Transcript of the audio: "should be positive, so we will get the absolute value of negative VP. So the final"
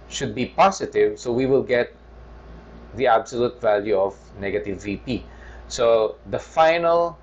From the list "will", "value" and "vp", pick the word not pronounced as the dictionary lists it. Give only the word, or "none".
none